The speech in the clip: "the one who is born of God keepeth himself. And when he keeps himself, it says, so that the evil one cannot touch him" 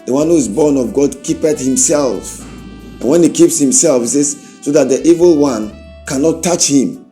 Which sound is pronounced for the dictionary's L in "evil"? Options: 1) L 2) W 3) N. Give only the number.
1